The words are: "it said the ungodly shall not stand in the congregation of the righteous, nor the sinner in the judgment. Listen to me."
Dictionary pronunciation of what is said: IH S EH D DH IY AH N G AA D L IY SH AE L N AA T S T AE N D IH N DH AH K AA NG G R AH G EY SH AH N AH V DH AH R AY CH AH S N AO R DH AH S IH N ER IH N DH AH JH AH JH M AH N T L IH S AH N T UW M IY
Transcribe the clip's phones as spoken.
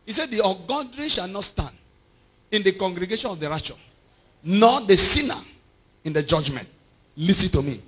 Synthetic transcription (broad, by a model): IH S EH D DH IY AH G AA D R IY SH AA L N AA T S T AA N D IH N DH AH K AA NG G R AH G EY SH AH N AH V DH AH R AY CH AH N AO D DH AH S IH N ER IH N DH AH JH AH JH M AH N T L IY S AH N T UW M IY